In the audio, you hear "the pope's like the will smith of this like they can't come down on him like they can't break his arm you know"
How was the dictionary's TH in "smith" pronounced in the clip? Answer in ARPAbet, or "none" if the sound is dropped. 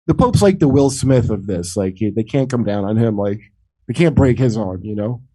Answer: TH